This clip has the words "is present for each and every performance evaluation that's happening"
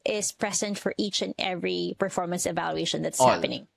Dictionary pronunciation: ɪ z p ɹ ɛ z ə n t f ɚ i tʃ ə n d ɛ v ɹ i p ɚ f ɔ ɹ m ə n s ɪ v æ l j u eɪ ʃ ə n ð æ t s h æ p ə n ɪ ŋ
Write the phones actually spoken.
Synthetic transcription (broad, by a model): ɪ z p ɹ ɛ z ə n t f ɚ i tʃ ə n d ɛ v ɹ i p ɚ f ɔ ɹ m ə n s ɪ v æ l j u eɪ ʃ ə n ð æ t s h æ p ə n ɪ ŋ